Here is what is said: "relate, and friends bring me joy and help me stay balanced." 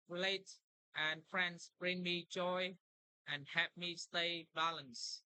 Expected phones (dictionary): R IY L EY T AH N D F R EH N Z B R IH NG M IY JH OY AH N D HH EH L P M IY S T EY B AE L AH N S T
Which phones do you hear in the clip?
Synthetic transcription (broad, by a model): R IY L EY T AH N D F R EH N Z B R IH NG M IY JH OY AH N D HH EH P M IY S T EY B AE L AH N S